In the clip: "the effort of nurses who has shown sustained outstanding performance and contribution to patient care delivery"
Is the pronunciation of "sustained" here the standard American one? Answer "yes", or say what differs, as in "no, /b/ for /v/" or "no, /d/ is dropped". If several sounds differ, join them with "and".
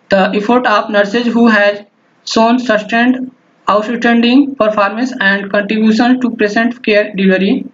yes